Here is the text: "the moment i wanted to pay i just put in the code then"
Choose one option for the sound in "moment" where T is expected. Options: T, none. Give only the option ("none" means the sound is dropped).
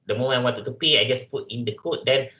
none